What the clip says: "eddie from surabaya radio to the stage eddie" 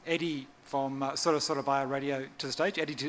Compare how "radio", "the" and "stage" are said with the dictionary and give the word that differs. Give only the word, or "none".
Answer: none